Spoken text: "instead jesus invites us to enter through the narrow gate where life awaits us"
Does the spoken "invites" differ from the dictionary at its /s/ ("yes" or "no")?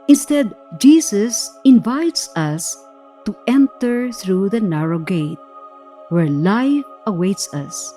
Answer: no